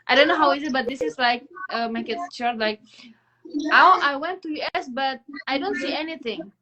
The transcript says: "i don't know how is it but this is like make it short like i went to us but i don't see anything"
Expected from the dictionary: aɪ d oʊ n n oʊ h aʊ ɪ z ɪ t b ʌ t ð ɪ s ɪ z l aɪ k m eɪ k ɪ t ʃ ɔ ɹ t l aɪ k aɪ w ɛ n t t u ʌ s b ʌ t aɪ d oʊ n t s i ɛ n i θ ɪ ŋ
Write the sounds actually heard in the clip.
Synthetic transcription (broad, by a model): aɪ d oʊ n n oʊ h aʊ ɪ z ɪ t b ʌ t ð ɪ s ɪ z l aɪ k m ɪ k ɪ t s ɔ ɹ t l aɪ k aɪ w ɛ n t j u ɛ s b ʌ t aɪ d oʊ n t s i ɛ n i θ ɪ ŋ